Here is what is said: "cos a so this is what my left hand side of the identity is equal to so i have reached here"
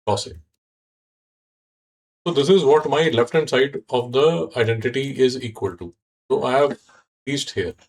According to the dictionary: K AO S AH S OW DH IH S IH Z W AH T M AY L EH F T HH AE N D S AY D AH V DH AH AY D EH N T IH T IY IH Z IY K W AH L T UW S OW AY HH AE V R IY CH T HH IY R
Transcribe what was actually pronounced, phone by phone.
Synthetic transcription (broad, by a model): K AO S AH S OW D IH S IH Z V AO T M AY L EH F T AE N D S AY D AH V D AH AY D EH N T IH T IY IH Z IY K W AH L T UW S OW AY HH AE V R IY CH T HH IY R